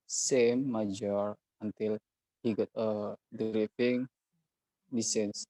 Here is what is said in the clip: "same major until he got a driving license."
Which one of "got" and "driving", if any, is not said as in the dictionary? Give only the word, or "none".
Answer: driving